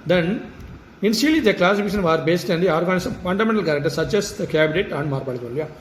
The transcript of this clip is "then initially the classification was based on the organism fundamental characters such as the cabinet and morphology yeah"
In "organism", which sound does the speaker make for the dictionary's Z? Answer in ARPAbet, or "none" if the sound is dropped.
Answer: S